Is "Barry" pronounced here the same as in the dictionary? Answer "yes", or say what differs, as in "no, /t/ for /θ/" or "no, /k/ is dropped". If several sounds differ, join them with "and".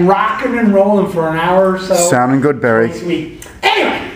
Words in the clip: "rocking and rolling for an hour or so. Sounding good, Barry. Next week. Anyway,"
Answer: yes